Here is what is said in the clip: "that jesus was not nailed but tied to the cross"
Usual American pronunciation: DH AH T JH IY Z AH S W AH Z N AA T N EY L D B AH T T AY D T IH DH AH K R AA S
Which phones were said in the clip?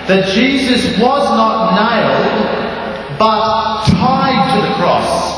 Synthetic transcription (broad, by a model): DH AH T JH IY Z AH S W AH Z N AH T N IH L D B AH T T AY D T IH DH AH K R AA S